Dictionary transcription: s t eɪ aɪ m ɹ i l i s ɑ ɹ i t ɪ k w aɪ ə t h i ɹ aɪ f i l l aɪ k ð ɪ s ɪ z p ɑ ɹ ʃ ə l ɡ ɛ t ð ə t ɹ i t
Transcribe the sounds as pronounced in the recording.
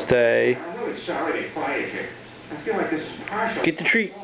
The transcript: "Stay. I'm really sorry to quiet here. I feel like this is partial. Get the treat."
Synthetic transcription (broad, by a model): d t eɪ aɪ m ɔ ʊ i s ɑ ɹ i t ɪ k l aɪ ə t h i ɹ aɪ f i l l aɪ k ð ɪ s ɪ z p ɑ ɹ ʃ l ɡ ɛ t ð ə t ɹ i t